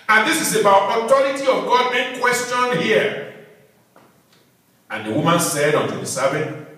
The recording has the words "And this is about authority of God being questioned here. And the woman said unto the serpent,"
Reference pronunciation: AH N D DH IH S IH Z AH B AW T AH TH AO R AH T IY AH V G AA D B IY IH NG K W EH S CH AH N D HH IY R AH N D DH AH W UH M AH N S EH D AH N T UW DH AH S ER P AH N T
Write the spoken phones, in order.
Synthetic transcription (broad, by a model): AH N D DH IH S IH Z AH B AW T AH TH AO R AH T IY AH V G AA D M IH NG K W EH S CH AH N HH IY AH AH N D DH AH W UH M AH N S EH D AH N T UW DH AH S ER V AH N